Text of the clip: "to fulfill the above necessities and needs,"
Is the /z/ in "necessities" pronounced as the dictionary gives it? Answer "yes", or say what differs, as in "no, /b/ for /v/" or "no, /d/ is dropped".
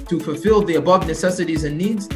yes